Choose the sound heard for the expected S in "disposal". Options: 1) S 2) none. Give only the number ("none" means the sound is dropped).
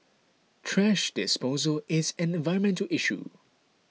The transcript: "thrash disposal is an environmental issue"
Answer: 1